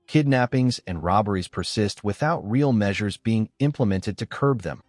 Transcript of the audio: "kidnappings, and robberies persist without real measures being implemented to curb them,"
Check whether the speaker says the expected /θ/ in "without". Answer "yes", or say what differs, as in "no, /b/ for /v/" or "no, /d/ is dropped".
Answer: yes